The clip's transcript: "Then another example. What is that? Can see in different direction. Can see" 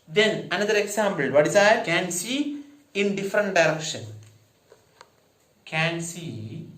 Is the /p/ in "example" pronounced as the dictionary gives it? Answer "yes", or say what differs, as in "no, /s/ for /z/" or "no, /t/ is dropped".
no, /b/ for /p/